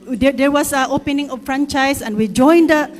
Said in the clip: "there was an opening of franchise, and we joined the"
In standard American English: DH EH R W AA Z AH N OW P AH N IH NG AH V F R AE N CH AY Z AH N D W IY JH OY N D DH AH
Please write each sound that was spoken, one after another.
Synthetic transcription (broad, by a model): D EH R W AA S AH OW P AH N IH NG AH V F R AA N CH AY S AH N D W IY JH OY N D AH